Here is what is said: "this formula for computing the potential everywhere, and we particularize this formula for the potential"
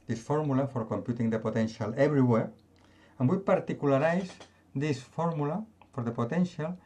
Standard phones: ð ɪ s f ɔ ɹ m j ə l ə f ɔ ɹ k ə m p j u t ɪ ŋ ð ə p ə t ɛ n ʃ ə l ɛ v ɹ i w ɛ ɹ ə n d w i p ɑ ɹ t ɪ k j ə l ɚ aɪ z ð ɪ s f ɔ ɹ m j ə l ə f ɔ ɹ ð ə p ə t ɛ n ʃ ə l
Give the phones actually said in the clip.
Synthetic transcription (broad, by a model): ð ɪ s f ɔ ɹ m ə l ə f ɔ ɹ k ə m p j u t ɪ ŋ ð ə p ə t ɛ n ʃ ə l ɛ b ɹ i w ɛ ɹ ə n w i p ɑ ɹ t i k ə l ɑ aɪ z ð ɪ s f ɔ ɹ m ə l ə f ɔ ɹ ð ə p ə t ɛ n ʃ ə l